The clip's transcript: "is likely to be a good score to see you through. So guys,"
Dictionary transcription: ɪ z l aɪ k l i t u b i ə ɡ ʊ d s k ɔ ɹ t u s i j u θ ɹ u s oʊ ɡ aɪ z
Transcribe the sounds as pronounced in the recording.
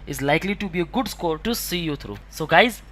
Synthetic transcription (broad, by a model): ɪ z l aɪ k l i t u b i ə ɡ ʊ d s k ɔ ɹ t u s i j u t ɹ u s oʊ ɡ aɪ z